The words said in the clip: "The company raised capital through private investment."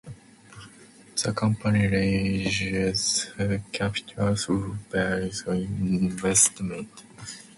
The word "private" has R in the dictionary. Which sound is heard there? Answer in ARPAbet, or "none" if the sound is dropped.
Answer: none